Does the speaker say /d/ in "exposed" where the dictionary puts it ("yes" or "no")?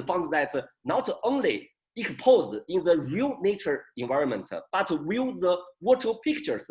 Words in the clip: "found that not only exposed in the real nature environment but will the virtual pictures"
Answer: no